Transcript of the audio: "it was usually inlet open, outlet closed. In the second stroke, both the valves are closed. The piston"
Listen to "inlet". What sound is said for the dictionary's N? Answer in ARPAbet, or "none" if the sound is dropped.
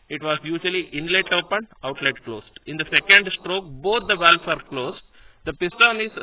N